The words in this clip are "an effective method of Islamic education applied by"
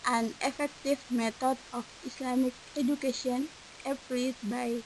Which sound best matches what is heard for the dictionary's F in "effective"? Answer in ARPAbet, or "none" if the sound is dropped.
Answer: F